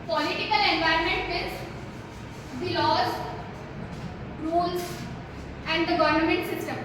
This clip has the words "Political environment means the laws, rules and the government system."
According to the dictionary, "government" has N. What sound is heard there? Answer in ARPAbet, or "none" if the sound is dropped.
N